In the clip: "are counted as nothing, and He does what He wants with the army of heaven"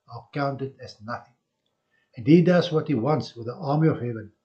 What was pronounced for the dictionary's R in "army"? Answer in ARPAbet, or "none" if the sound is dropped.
R